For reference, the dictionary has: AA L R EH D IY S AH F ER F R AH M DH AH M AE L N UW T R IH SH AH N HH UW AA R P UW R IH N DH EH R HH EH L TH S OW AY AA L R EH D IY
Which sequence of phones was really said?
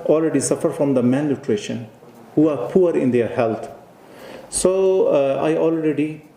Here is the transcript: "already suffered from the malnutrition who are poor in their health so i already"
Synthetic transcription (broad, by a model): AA L R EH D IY S AH F ER F R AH M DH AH M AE N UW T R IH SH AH N HH UW AA R P UW R IH N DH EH R HH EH L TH S OW AY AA L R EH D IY